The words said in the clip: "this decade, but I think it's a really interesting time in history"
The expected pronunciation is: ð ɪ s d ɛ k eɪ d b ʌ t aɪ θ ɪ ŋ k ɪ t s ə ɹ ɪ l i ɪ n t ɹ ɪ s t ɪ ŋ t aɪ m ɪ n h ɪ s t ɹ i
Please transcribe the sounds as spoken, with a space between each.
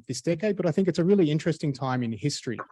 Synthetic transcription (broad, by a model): ð ɪ s d ɛ k eɪ d b ʌ t aɪ θ ɪ ŋ k ɪ t s ə ɹ ɪ l i ɪ n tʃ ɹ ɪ s t ɪ ŋ t aɪ m ɪ n h ɪ s t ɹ i